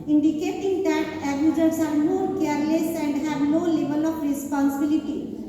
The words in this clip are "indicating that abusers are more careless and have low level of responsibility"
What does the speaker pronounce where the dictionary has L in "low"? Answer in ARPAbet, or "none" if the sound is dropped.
N